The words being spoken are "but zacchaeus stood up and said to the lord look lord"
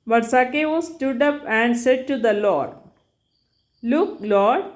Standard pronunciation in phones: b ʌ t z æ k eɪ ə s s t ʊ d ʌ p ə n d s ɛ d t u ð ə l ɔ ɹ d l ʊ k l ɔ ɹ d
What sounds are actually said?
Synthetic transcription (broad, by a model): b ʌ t s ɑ k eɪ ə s s t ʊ d ʌ p ə n d s ɛ d t u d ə l ɔ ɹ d l ʊ k l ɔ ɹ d